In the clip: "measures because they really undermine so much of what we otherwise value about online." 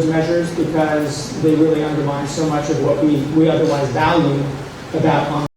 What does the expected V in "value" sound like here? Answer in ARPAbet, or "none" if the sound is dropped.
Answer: V